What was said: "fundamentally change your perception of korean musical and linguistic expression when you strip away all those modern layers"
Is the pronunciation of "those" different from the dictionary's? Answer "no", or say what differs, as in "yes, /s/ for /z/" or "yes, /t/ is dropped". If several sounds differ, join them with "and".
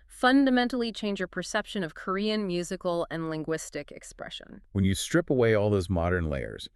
no